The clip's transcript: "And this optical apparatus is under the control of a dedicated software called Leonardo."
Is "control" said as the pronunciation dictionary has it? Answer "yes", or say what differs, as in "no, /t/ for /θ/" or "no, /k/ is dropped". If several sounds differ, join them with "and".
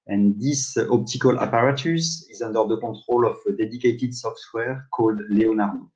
no, /n/ is dropped